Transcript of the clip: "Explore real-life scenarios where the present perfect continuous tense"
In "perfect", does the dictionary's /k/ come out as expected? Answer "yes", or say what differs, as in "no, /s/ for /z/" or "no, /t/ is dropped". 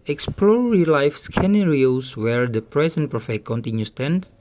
no, /k/ is dropped